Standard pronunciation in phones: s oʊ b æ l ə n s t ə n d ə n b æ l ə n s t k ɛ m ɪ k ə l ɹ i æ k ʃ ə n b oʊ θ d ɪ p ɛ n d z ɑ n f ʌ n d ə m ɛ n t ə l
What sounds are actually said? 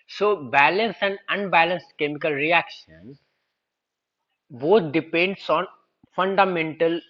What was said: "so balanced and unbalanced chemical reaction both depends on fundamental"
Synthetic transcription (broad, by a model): s oʊ b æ l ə n s ə n d ə n b æ l ə n s t k ɛ m ɪ k ə l ɹ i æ k ʃ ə n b oʊ t d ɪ p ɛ n d s ɑ n f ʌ n d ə m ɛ n t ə l